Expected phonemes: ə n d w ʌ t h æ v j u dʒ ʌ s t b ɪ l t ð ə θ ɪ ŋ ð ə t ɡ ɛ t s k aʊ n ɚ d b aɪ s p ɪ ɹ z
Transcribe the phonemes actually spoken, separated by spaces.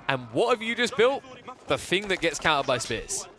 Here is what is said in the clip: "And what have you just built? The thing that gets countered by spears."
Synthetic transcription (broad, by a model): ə n w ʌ t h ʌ v j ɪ dʒ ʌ s b ɪ l t ð ə θ ɪ ŋ ð ə t ɡ ɛ t s k aʊ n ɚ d b aɪ s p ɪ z